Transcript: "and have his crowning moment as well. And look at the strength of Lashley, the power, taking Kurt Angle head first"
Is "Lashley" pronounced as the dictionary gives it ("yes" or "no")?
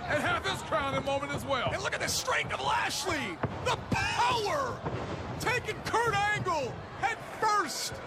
yes